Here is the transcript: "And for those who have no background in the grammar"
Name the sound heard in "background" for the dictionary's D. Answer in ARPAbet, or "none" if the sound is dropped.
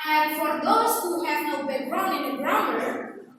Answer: none